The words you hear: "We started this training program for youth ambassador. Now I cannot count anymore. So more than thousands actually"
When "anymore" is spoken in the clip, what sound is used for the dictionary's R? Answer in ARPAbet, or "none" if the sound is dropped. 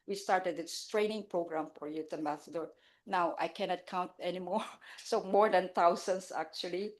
R